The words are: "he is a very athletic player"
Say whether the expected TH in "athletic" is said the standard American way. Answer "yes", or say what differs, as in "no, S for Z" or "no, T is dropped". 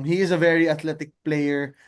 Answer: no, T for TH